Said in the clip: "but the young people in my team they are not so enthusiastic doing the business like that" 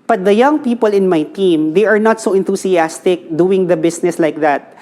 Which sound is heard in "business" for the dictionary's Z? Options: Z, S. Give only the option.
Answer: S